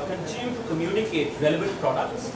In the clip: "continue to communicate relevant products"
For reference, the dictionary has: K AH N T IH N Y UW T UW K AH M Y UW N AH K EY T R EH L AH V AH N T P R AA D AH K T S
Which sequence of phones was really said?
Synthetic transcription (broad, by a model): K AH N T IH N Y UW T UW K AH M Y UW N AH K EY T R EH L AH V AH T P R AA D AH K T S